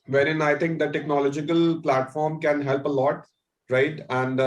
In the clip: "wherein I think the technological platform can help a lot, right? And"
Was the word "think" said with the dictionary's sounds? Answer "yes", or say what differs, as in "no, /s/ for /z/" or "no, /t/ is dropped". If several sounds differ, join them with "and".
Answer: no, /t/ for /θ/